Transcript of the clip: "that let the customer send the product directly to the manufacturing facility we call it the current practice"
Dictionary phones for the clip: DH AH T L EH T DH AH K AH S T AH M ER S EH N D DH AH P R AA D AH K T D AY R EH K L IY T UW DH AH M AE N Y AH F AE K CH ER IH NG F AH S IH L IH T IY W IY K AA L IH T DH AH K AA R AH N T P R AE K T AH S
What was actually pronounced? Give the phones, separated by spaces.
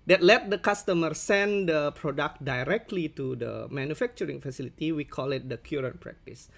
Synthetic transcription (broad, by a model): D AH T L EH T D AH K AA S T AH M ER S EH N D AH P R AA D AH K T D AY R EH K L IY T UW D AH M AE N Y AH F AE K CH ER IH NG F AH S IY L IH T IY W IY K AA L IH T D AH K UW R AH N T P R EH K T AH S